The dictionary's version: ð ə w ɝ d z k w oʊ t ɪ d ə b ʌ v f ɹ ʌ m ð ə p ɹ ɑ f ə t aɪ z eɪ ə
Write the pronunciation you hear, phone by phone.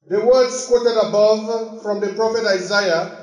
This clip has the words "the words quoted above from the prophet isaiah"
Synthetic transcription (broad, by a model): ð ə w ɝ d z k w oʊ t ɪ d ə b ʌ v f ɹ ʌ m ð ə p ɹ ɑ f ə t aɪ z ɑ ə